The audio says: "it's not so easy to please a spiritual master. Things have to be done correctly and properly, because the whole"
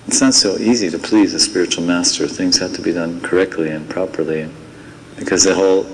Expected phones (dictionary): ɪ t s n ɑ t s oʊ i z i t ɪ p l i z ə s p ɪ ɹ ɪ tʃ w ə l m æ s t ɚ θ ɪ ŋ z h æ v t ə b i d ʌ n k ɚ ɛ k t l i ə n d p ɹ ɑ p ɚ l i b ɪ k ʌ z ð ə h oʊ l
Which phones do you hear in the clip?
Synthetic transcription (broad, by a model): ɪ t s n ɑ t s oʊ i z i t ɪ p l i z ə s p ɪ ɹ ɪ tʃ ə l m æ s t ɚ θ ɪ ŋ z h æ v t ə b i d ʌ n k ɚ ɛ k t l i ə n p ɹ ɑ p ɚ l i b ɪ k ʌ z ð ə h oʊ l